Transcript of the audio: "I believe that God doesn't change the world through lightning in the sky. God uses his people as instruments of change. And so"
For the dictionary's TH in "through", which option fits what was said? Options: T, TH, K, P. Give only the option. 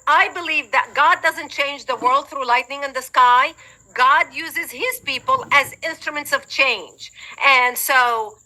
TH